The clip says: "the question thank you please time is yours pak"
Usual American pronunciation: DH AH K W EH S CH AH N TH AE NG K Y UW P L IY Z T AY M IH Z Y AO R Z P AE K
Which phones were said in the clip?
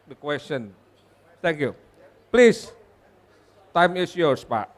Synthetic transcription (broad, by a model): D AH K W EH S CH AH N T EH NG K Y UW P L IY S T AY M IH S Y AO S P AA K